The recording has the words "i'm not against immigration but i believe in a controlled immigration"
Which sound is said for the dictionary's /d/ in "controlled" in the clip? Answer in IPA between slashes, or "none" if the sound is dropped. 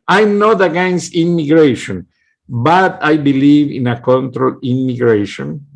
none